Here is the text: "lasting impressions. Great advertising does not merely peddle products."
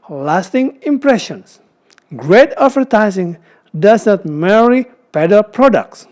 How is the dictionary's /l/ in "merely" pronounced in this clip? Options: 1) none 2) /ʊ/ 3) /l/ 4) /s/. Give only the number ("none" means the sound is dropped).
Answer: 1